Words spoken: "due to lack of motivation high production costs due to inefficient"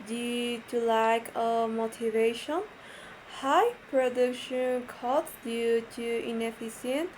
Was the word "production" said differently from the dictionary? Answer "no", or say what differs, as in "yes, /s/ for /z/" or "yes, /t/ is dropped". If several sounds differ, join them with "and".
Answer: no